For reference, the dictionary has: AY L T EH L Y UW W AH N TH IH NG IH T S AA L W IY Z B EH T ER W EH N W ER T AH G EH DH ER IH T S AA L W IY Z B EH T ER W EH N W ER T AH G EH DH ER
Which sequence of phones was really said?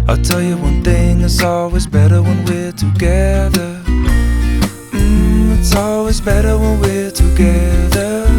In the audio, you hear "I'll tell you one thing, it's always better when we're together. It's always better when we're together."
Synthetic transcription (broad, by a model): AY T EH L Y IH W AH N TH IH NG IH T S AA L W IY Z B EH T ER W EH N W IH T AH G EH DH ER IH T S AA L W IY Z B EH T ER W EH N W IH T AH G EH DH ER